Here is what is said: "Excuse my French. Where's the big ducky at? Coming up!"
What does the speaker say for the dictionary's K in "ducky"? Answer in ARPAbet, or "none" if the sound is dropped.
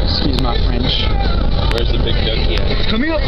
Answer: none